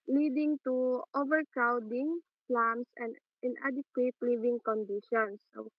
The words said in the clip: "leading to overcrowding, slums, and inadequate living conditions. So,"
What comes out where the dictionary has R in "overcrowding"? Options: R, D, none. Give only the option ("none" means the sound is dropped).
R